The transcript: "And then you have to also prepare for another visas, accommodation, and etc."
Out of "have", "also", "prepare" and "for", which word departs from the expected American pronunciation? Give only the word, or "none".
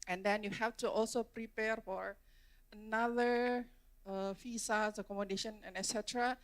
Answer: have